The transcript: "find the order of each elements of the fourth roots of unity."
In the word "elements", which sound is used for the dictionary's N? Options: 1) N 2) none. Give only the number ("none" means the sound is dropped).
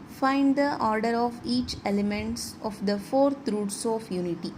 1